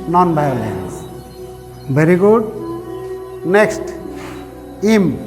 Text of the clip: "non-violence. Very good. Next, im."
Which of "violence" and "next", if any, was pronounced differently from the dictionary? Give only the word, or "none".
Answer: violence